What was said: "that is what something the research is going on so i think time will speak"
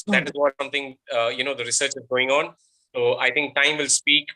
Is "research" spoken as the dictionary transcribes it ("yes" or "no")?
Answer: yes